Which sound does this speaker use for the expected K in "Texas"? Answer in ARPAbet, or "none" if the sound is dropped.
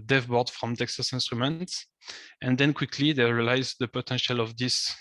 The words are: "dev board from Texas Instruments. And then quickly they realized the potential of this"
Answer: K